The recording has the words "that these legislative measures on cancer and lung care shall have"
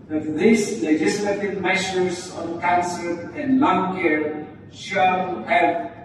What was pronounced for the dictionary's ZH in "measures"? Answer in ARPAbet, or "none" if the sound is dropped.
SH